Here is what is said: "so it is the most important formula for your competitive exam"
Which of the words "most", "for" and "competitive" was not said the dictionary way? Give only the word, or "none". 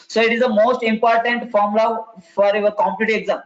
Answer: competitive